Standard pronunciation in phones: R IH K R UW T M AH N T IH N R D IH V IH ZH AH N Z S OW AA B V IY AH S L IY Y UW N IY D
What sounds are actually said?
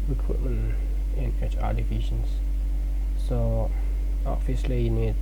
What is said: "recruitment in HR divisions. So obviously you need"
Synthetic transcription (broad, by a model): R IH K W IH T M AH N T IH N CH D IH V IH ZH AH N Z S OW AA V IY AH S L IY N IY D